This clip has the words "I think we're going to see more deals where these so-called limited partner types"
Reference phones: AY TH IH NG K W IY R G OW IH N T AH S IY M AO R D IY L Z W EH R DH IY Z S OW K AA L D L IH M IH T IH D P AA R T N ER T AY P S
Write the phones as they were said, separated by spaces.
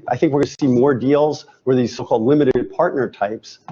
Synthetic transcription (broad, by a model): AY TH IH NG K W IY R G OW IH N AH S IY M AO R D IY L Z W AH R DH IY Z S OW K AA L D L IH M IH T IH D P AA R T N ER T AY P S